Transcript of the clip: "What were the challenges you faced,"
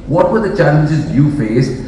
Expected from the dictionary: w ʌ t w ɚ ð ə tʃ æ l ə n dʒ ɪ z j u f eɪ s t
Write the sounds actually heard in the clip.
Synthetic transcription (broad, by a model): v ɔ t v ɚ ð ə tʃ æ l ə n dʒ ɪ z j u f eɪ s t